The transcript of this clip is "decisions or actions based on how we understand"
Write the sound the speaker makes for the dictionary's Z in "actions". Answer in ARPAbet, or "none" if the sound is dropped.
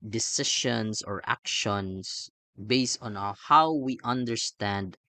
S